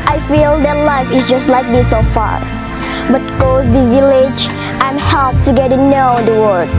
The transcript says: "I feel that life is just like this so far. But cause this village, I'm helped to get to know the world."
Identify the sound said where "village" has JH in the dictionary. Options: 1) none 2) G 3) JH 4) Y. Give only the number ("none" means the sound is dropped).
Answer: 3